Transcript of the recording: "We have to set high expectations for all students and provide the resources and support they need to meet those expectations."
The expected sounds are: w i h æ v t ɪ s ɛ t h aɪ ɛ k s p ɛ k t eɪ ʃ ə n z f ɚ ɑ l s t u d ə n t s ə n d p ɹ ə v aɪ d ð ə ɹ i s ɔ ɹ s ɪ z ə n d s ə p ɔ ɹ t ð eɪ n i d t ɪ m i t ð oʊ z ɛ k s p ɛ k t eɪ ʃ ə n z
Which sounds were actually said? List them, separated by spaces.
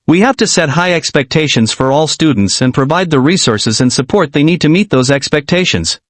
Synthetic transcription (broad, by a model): w i h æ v t ɪ s ɛ t h aɪ ɛ k s p ɛ k t eɪ ʃ ə n z f ɚ ɑ l s t u d n t s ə n p ɹ ə v aɪ d ð ə ɹ i s ɔ ɹ s ɪ z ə n s ə p ɔ ɹ t ð eɪ n i d t ɪ m i t ð oʊ z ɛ k s p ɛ k t eɪ ʃ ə n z